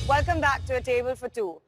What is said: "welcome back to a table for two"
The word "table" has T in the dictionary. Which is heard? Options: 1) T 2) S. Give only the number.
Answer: 1